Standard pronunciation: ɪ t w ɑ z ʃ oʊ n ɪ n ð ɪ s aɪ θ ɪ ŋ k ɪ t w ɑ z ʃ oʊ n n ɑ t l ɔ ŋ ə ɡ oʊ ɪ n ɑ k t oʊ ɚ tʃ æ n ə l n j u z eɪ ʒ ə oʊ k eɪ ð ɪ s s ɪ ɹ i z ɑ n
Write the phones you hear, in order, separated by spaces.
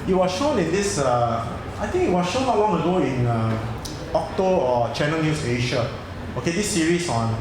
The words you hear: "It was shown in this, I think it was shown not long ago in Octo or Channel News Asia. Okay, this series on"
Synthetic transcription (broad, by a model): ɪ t w ɑ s ʃ oʊ n ɪ n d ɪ s aɪ t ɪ ŋ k ɪ t w ɑ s ʃ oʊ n n ɑ t l ɔ ŋ ə ɡ oʊ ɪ n ɑ k t oʊ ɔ tʃ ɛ n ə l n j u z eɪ ʃ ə oʊ k eɪ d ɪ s s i ɹ i s ɑ n